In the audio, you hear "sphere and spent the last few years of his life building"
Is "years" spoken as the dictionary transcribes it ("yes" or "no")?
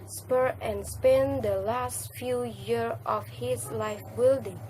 no